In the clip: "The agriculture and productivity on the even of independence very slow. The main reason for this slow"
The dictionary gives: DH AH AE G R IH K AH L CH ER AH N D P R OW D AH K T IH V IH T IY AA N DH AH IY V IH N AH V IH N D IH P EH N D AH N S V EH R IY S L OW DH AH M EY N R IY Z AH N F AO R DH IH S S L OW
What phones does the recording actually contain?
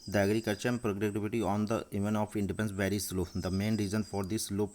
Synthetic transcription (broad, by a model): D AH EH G R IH K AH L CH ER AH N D P R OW D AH T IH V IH T IY AA N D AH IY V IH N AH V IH N D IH P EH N N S V EH R IY S L OW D AH M EY N R IY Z AH N F AO R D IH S S L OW